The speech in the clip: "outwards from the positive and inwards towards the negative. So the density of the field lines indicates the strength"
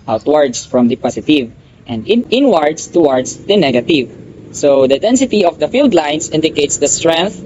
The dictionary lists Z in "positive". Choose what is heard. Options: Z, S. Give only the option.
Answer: S